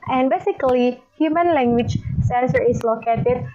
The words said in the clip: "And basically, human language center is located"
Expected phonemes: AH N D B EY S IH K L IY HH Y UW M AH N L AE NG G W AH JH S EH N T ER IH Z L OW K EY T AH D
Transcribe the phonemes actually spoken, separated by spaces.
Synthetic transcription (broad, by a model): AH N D B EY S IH K L IY HH Y UW M AH N L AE NG G W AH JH S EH N S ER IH S L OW K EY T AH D